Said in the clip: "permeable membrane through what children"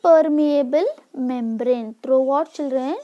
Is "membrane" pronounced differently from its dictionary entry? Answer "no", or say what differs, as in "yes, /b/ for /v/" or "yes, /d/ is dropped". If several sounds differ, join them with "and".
no